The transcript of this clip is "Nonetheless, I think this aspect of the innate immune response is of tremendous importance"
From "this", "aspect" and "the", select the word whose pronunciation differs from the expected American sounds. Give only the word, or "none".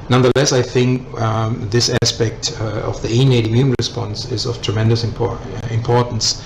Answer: none